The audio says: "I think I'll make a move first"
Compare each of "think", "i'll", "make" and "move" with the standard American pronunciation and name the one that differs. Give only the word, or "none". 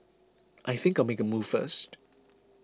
none